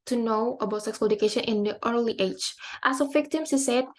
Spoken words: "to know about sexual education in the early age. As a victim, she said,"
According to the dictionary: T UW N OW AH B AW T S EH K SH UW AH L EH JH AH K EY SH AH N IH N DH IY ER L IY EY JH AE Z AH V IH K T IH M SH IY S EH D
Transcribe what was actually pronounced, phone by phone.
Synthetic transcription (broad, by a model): T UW N OW AH B AW T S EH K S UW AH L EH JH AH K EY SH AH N IH N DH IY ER L IY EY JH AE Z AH V IH K T IH M S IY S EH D